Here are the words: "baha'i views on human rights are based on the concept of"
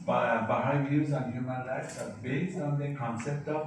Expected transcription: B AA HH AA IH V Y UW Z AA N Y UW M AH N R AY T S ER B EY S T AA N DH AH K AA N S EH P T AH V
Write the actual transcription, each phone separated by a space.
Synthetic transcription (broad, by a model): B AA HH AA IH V Y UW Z AA N Y UW M AH N L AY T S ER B EY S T AA N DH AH K AA N S EH P T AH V